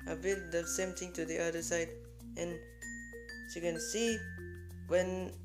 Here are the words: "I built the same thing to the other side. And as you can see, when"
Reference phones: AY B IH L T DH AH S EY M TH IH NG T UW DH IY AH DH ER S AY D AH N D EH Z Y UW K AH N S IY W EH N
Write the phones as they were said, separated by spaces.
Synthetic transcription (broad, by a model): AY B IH T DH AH S EY M T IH NG T UW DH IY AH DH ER S AY D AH N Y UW K AH N S IY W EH N